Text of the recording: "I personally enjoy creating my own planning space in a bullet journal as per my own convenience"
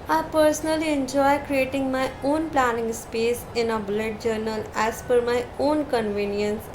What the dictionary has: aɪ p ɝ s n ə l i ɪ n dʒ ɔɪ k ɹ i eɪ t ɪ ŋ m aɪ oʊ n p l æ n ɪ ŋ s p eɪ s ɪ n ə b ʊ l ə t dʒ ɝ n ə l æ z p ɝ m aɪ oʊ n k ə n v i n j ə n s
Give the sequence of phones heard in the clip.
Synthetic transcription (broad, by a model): aɪ p ɝ s n ə l i ɪ n dʒ ɔɪ k ɹ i eɪ t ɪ ŋ m aɪ oʊ n p l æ n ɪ ŋ s p eɪ s ɪ n ə b ʊ l ə t dʒ ɝ n ə l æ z f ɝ m aɪ oʊ n k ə n v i n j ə n s